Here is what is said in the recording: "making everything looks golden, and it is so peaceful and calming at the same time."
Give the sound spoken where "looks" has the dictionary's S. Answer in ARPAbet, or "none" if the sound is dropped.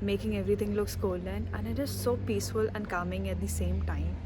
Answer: S